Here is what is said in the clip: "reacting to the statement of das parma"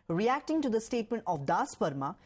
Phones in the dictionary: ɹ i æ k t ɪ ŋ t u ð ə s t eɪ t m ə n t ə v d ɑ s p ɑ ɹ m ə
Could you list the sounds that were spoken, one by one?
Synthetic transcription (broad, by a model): ɹ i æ k t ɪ ŋ t u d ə s t eɪ t m ə n t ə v d ɑ s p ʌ ɹ m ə